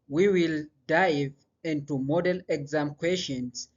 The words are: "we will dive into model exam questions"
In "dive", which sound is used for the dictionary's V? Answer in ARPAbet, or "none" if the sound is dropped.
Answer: V